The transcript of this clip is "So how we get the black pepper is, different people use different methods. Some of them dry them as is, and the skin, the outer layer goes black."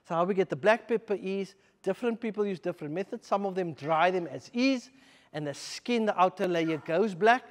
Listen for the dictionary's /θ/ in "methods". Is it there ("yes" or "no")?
yes